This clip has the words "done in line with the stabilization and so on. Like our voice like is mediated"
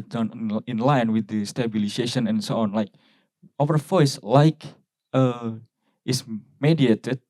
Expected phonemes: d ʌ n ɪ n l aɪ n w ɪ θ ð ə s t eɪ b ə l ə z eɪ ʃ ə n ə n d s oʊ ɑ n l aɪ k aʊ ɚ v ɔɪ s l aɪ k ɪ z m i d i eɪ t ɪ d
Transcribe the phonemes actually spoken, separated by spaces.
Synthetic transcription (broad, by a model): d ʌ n ɪ n l aɪ n w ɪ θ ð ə s t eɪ b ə l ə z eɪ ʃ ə n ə n s oʊ ɑ n l aɪ k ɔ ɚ f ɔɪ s l aɪ k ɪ s m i d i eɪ t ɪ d